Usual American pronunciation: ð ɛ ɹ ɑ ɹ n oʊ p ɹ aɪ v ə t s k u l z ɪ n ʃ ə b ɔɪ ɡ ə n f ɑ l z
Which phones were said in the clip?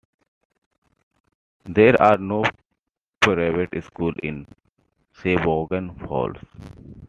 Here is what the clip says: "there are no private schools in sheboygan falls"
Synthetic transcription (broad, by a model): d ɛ ɹ ɑ ɹ n oʊ p ɹ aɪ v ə t s k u l ɪ n s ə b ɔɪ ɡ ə n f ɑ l s